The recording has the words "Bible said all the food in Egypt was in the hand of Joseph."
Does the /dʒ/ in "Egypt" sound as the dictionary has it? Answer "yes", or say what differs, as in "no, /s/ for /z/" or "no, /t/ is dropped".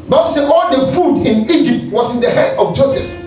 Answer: yes